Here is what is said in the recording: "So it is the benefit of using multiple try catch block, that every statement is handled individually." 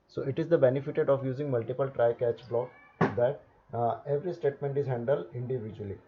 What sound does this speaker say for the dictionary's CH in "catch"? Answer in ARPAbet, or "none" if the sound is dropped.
CH